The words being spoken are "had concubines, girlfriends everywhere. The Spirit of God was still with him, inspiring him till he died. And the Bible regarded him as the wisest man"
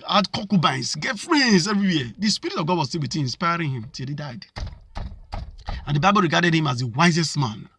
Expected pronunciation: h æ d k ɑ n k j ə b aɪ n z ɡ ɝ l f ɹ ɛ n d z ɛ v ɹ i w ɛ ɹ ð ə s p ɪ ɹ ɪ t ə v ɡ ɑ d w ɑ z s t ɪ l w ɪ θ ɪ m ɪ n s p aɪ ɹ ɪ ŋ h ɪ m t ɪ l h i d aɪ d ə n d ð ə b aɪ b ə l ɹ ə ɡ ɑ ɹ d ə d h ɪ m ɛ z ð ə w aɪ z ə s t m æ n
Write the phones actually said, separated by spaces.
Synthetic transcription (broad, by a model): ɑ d k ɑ k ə b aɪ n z ɡ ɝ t f ɹ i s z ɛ v ɹ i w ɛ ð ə s p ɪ ɹ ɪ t ə v ɡ ɑ d w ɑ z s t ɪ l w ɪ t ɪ ɪ n s p aɪ ɹ ɪ ŋ h ɪ m t ɪ l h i d aɪ d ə n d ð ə b aɪ b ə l ɹ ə ɡ ɑ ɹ d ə d h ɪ m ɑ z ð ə w aɪ z ə s t m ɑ n